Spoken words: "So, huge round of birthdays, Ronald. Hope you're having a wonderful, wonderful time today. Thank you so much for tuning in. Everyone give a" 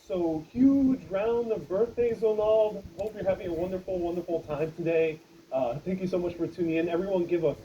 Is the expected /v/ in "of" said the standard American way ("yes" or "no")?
yes